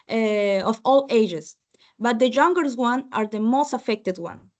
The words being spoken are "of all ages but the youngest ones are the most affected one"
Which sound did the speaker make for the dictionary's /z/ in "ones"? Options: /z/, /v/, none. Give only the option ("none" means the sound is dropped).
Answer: none